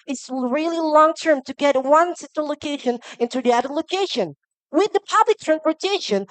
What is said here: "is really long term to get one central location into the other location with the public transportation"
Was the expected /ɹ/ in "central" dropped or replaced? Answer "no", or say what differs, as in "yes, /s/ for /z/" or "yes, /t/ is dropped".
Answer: yes, /ɹ/ is dropped